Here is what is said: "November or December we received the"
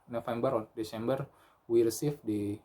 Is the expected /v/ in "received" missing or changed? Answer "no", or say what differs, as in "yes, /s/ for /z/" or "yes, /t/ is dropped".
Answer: yes, /f/ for /v/